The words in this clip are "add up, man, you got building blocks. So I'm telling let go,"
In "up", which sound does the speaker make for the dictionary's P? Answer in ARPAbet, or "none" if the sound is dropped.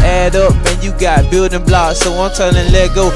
P